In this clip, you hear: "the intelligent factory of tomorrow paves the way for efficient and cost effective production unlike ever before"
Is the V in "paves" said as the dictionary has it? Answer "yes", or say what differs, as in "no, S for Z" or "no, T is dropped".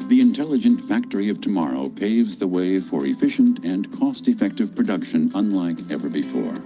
yes